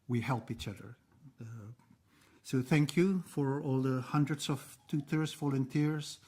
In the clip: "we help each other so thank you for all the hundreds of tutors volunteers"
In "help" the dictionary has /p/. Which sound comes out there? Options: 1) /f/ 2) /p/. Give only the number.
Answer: 2